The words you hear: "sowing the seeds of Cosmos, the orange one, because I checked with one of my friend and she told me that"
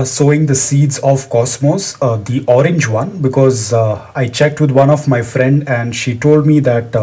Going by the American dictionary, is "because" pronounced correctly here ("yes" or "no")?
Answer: yes